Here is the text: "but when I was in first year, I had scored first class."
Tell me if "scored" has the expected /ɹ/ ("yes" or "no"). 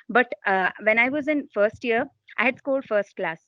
no